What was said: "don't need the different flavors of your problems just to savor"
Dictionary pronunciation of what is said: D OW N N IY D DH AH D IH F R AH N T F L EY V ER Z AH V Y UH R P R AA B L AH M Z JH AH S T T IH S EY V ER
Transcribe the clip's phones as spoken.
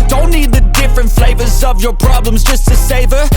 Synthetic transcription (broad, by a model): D OW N N IY D DH AH D IH F R AH N T F L EY V ER Z AH V Y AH R P R AA B L AH M Z JH AH S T T IH S EY V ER